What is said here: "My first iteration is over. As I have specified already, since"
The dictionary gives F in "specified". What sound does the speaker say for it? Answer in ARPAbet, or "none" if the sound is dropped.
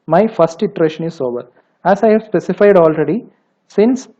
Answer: F